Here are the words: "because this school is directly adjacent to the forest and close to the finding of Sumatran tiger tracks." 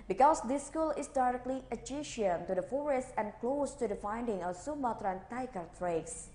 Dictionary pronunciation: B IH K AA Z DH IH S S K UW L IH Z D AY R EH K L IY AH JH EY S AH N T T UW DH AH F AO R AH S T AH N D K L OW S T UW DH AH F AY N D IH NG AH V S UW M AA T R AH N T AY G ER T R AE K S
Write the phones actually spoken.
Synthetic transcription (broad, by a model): B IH K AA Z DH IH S S K UW L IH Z D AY R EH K L IY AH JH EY SH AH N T T UW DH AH F AO R AH S T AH N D K L OW S T UW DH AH F AY N D IH NG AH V S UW M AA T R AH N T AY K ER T R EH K S